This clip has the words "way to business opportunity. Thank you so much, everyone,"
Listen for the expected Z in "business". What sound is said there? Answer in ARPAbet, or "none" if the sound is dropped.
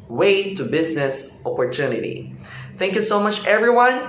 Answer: Z